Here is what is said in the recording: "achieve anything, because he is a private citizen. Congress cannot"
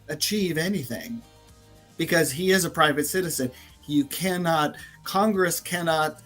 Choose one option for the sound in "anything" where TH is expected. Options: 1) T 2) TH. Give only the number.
2